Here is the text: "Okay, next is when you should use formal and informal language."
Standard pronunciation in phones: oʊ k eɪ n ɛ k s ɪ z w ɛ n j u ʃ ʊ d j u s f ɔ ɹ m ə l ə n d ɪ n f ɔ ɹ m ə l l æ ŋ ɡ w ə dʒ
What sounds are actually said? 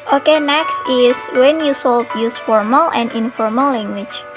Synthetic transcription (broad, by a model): oʊ k eɪ n ɛ k s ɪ s w ɛ n j u s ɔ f j u s f ɔ ɹ m ə l ə n d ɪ n f ɔ ɹ m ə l l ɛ ŋ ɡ w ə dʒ